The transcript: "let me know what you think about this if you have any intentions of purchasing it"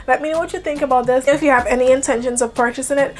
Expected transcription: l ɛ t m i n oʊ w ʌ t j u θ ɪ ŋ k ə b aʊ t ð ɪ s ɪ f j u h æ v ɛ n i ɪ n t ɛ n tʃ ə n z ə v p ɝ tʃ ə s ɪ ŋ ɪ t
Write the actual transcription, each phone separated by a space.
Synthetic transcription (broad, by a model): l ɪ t m i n w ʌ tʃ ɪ θ ɪ ŋ k ə b aʊ t ð ɪ s ɪ f j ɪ v ɛ n i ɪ n t ɛ n ʃ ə n z ə v p ɝ tʃ ə s ɪ ŋ ɪ t